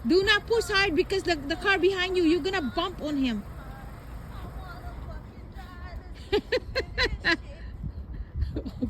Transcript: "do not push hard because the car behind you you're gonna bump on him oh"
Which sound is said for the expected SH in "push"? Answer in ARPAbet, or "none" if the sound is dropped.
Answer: S